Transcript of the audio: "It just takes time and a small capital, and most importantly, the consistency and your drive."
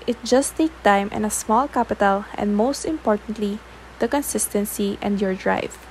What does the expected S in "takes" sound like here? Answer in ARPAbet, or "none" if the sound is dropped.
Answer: none